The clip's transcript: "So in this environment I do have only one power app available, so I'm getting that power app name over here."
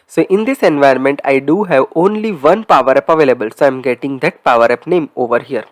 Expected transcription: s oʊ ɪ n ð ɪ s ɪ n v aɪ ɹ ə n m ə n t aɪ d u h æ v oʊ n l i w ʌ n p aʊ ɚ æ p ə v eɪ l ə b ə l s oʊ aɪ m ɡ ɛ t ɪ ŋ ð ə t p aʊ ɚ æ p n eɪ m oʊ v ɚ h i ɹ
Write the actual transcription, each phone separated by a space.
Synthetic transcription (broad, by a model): s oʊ ɪ n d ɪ s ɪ n v aɪ ə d m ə n t aɪ d u h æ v oʊ n l i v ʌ n p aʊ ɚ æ p ə v eɪ l ə b ə l s oʊ aɪ m ɡ ɛ t ɪ ŋ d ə t p aʊ ɚ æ p n eɪ m oʊ v ɚ h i ɹ